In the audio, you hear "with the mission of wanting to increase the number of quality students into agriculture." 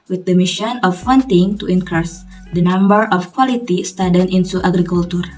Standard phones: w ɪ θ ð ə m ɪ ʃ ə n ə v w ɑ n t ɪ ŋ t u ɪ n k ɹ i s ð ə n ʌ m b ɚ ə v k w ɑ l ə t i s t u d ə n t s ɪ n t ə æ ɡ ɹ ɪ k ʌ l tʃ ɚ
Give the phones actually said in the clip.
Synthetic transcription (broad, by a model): w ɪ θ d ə m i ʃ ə n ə f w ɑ n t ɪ ŋ t u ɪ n k ɹ s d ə n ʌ m b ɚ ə f k w ɑ l ə t i s t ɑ d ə n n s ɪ t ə ɡ ɹ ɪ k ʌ l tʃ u